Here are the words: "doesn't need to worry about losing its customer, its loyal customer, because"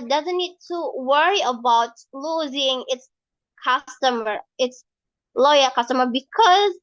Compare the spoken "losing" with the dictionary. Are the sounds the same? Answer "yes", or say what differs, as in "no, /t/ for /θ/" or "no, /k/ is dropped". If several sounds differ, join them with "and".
yes